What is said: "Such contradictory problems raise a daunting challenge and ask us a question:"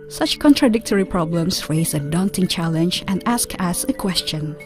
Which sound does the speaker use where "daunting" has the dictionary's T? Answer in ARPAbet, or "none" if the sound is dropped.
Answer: T